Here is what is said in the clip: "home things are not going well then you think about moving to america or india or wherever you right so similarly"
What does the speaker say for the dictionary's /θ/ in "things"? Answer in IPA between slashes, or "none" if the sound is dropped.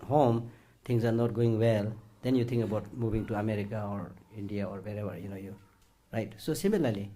/t/